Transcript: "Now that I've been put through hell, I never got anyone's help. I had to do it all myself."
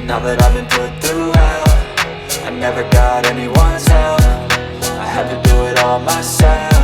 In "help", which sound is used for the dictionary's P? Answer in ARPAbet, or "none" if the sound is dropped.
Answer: F